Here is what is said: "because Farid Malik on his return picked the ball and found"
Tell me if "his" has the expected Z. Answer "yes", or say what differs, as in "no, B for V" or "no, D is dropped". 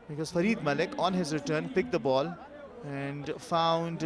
yes